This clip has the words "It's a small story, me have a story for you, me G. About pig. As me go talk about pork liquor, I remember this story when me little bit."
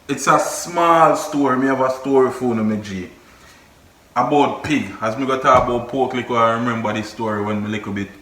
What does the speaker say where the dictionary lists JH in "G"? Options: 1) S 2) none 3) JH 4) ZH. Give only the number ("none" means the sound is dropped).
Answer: 3